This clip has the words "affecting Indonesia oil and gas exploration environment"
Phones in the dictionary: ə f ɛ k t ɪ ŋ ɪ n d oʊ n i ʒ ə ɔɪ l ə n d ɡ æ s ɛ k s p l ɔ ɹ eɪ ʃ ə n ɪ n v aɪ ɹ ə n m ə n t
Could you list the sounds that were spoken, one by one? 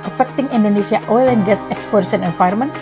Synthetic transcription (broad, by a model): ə f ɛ k t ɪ ŋ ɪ n d oʊ n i s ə ɔɪ l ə n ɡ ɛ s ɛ k s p ɔ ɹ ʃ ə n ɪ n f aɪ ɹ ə m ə n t